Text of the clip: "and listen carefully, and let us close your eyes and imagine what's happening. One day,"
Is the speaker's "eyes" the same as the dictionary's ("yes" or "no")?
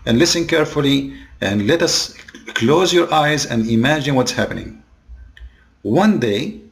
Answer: yes